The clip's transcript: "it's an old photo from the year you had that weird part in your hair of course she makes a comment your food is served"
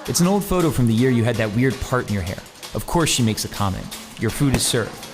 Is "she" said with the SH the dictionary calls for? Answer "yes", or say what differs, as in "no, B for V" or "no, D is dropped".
yes